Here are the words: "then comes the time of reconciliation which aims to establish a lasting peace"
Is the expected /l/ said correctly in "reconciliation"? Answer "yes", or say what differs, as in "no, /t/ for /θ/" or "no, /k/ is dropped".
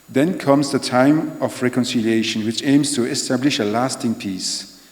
yes